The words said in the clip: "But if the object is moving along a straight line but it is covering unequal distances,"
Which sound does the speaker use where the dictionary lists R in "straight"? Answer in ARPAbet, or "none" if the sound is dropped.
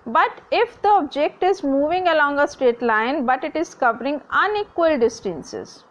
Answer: none